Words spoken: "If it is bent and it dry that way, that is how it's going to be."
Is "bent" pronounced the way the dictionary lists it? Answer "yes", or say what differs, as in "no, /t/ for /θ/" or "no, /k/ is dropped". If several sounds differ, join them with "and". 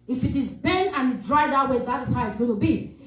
no, /t/ is dropped